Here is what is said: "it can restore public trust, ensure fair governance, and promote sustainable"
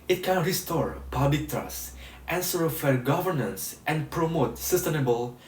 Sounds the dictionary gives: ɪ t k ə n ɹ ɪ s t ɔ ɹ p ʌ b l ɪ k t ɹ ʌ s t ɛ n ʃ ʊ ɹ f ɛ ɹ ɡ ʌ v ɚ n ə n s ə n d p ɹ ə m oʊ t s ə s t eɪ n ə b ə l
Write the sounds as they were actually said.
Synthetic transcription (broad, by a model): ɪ t k ə n ɹ ɪ s t ɔ ɹ p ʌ b l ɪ k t ɹ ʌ s t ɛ n s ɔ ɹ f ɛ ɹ ɡ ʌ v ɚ n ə n s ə n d p ɹ ə m oʊ t s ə s t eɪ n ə b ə l